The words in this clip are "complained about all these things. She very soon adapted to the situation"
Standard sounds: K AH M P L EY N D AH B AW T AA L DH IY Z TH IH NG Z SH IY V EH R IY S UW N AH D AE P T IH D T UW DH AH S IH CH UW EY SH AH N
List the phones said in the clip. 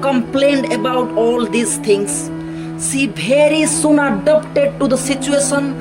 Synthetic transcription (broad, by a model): K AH M P L EY N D AH B AW T AA L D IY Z T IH NG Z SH IY B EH R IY S UW N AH D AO P T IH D T UW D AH S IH CH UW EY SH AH N